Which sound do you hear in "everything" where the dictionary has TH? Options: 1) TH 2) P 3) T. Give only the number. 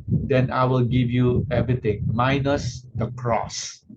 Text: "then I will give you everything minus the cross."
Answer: 3